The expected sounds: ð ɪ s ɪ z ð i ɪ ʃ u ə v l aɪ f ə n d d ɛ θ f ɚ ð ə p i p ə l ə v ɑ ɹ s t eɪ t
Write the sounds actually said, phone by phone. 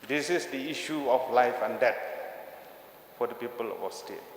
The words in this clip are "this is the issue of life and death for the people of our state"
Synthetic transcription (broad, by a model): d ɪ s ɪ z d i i ʃ u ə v l aɪ f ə n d d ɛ t f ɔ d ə p i p ə l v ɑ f s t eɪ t